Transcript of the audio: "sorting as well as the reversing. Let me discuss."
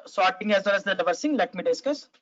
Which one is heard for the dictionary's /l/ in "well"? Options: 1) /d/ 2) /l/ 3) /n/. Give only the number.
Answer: 3